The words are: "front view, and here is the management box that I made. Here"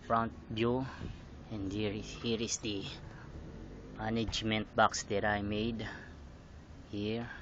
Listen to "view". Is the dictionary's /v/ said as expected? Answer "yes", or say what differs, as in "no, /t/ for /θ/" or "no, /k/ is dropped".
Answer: no, /b/ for /v/